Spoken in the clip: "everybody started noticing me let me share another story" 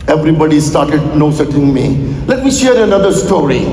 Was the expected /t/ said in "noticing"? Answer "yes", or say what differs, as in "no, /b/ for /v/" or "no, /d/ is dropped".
no, /s/ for /t/